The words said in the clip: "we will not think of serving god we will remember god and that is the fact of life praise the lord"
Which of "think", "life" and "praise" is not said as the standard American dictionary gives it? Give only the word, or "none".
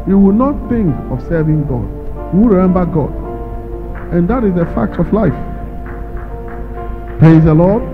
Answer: praise